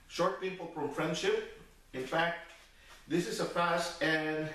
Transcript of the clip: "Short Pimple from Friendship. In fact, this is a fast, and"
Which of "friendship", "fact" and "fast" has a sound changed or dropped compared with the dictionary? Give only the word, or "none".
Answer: fast